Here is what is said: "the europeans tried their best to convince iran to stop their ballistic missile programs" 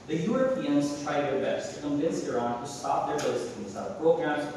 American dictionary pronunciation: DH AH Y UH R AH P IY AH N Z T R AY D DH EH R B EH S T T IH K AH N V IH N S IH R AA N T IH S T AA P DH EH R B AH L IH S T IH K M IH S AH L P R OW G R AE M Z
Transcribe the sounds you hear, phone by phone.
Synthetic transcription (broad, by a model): DH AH Y UH R AH P IY AH N Z T R AY D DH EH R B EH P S T IH K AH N V IH N S IH R AA N T IH S T AA P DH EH R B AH IH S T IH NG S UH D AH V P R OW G R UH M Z